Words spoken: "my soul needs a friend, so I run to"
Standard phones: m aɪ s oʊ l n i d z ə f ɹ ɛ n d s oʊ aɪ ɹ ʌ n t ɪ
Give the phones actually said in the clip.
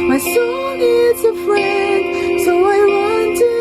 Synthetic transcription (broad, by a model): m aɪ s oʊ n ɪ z ə f ɹ ɛ n d s oʊ aɪ w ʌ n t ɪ